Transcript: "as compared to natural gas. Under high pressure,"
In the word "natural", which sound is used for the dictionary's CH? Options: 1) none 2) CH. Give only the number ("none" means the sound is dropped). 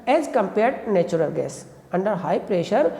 1